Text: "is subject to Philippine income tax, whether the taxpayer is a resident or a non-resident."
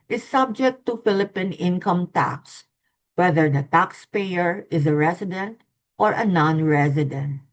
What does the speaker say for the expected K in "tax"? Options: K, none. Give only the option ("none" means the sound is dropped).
K